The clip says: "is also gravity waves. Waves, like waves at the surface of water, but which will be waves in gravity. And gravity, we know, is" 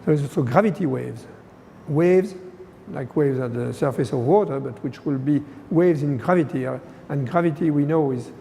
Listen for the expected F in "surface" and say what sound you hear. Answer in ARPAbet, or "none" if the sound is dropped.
F